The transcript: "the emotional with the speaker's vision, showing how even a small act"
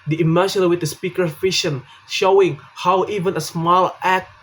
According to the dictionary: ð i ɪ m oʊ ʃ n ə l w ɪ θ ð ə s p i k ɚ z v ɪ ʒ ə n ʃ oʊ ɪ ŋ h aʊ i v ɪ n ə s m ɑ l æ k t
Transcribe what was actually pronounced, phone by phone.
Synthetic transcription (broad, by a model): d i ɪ m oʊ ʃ ə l w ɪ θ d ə s p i k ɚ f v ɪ ʃ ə n ʃ oʊ ɪ ŋ h aʊ i v ɪ n ə s m ɑ l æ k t